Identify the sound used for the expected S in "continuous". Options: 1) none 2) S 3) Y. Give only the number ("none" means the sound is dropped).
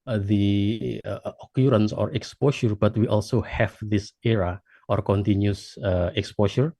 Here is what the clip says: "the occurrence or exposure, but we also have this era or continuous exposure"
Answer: 1